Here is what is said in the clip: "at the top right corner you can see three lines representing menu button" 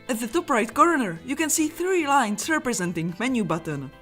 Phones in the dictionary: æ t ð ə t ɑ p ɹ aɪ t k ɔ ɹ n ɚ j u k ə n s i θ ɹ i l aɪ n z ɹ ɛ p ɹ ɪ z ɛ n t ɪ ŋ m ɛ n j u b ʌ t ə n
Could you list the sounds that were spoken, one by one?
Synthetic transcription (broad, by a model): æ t ð ə t ɑ p ɹ aɪ t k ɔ ɹ n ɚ j u k ə n s i θ ɹ i l aɪ n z ɹ ɛ p ɹ ɪ z ɛ n t ɪ ŋ m ɛ n j u b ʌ t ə n